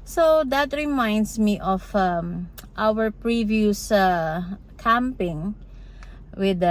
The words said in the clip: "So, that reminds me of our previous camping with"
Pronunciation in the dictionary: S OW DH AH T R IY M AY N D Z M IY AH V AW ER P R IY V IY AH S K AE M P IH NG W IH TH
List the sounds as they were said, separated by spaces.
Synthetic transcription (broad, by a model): S OW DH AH T R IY M AY N D S M IY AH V AW ER P R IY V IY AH S K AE M P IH NG W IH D